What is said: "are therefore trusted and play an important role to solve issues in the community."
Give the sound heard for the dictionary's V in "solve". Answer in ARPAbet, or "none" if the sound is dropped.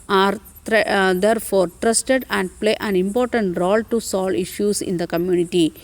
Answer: none